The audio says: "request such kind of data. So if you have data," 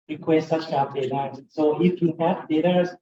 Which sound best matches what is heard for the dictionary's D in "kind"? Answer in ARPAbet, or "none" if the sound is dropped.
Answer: none